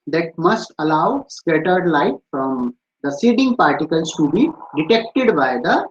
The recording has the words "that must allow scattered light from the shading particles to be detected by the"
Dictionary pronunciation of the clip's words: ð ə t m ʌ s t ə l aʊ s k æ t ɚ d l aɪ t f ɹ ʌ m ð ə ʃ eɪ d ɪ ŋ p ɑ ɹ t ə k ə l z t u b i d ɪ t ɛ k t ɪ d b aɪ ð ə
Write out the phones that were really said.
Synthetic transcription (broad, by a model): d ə t m ʌ s t ə l aʊ s k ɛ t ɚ d l aɪ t f ɹ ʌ m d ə s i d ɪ ŋ p ɑ ɹ t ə k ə l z t u b i d ɪ t ɛ k t ɪ d b aɪ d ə